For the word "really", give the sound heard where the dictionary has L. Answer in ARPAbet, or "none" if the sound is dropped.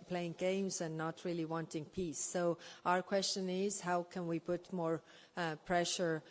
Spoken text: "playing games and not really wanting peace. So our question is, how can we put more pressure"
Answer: L